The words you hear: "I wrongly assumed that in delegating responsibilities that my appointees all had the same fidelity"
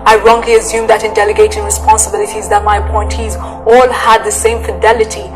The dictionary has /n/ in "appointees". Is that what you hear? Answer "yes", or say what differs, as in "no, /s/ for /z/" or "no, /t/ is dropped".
yes